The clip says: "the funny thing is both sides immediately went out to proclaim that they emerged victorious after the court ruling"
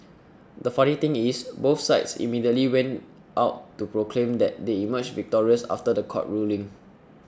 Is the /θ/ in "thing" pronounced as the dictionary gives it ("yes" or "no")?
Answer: no